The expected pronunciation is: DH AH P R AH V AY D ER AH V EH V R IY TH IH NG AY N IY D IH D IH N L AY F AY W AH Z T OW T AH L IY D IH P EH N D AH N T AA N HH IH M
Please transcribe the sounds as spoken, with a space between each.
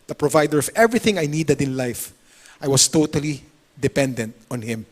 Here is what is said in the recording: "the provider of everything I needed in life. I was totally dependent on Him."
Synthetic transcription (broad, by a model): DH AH P R AH V AY D ER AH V EH V R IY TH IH NG AY N IY D IH D IH N L AY F AY W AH S T OW T AH L IY D IH P EH N D AH N T AA N HH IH M